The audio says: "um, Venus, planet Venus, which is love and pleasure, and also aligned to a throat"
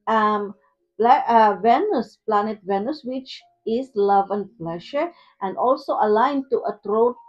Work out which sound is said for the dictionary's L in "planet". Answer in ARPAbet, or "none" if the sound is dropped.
L